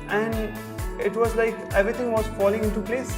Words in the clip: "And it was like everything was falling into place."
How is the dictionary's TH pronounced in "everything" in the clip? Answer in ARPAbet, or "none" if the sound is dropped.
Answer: T